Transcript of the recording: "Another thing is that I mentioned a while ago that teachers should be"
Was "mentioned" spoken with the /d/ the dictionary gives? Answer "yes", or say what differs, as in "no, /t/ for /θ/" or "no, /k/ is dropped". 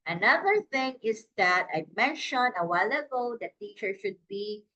no, /d/ is dropped